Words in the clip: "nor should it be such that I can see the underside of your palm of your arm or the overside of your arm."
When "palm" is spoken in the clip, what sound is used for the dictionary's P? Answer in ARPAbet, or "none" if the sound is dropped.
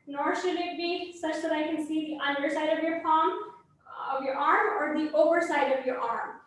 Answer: F